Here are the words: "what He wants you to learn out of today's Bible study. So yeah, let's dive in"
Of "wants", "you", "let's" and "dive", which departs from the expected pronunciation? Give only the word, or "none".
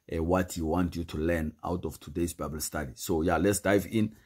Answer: wants